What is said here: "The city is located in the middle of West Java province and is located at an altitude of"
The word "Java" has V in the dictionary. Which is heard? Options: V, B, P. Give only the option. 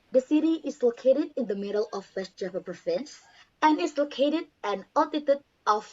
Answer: P